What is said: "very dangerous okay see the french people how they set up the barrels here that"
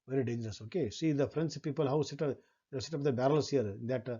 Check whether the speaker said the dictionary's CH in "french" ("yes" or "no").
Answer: no